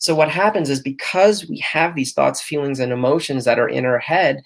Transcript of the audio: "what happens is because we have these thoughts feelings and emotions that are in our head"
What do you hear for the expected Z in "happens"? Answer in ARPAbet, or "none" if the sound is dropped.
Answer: Z